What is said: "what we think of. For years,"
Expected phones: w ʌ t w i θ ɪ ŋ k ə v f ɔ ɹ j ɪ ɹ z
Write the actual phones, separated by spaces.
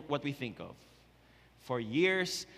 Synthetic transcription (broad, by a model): w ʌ t w i θ ɪ ŋ k ə v f ɔ ɹ j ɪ ɹ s